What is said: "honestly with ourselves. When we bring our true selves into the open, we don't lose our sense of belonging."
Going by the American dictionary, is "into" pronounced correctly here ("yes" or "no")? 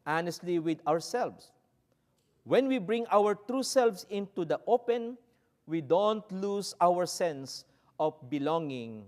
yes